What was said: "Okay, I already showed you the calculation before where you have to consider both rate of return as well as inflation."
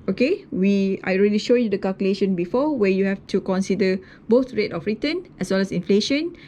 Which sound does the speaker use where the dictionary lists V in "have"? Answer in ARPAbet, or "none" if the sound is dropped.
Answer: F